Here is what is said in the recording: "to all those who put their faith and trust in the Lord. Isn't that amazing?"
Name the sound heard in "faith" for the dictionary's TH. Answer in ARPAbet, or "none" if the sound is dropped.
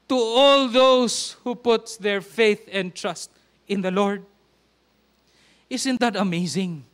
TH